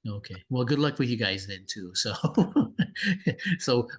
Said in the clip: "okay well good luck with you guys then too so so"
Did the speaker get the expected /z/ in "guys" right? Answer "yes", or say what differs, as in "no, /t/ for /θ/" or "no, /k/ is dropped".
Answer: yes